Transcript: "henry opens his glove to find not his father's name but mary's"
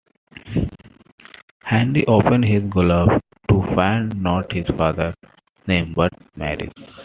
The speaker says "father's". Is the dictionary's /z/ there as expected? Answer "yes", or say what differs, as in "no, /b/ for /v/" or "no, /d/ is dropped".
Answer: no, /z/ is dropped